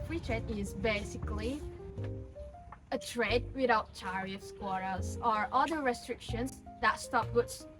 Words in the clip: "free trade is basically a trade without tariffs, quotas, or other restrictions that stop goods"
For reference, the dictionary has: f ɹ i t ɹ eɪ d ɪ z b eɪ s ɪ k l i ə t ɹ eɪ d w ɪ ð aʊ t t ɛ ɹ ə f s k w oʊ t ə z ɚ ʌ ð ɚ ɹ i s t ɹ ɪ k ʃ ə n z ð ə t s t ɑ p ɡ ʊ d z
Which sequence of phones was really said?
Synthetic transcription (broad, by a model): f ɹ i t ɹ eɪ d ɪ z b eɪ s ɪ k l i ə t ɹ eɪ d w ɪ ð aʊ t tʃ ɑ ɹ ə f s k w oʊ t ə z ɚ ʌ ð ɚ ɹ i s t ɹ ɪ k ʃ ə n z ð ə t s t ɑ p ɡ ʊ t